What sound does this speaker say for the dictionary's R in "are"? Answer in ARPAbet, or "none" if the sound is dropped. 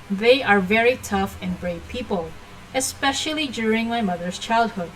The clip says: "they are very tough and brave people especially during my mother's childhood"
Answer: R